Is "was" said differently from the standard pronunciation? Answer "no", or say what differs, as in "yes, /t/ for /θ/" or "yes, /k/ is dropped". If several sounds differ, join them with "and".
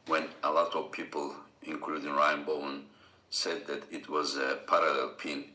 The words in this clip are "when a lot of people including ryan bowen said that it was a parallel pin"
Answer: no